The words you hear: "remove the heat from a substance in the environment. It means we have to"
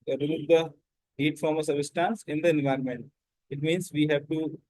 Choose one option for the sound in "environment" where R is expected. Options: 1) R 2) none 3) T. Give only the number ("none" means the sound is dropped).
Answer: 1